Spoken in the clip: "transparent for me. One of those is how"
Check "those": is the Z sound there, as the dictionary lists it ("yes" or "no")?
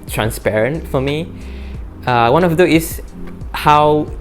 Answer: no